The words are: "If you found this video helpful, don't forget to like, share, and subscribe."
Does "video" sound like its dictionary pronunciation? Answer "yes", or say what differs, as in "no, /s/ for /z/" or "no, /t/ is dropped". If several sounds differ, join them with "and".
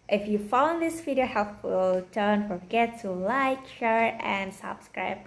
no, /f/ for /v/